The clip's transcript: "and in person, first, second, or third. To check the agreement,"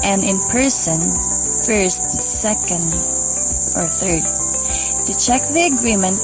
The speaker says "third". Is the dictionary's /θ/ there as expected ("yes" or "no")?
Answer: yes